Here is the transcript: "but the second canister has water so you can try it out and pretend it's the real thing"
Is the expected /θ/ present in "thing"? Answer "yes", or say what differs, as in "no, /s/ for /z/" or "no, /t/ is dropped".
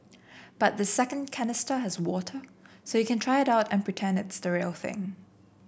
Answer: yes